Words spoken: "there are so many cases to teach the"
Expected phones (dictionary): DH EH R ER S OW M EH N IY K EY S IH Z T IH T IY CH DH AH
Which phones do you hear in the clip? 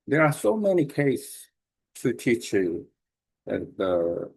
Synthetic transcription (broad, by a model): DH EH R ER S OW M EH N IY K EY IH S T IH T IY CH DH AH